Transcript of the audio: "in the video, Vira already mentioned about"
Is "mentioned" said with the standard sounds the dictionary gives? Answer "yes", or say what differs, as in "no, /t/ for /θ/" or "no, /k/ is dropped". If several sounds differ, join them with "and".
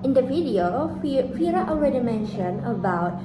no, /d/ is dropped